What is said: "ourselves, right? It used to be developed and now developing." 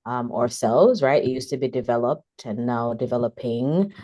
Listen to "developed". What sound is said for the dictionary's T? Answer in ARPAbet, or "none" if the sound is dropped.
T